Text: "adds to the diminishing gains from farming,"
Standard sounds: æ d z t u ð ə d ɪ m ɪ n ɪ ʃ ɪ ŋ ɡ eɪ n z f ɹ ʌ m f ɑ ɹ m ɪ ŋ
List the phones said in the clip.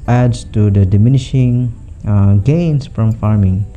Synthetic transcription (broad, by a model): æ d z t u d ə d ɪ m ɪ n ɪ ʃ ɪ ŋ ɡ eɪ n s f ɹ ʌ m f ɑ ɹ m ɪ ŋ